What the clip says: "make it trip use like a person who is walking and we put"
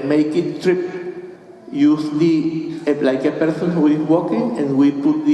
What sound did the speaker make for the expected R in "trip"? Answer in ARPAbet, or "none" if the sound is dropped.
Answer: R